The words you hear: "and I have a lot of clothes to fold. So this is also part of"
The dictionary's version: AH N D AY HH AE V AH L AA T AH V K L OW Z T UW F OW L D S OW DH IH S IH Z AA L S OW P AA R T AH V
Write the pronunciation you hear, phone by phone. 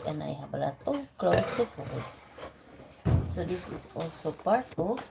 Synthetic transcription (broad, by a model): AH N AY HH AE B AH L AA T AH K L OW S T UW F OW D S OW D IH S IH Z AA L S OW P AA R T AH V